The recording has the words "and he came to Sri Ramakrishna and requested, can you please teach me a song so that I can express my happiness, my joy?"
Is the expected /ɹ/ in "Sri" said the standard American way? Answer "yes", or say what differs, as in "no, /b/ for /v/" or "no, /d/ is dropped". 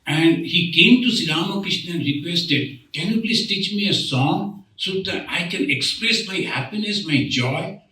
no, /ɹ/ is dropped